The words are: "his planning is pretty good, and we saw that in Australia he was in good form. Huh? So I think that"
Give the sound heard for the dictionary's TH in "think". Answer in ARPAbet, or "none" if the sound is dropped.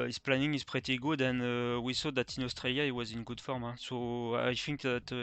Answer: F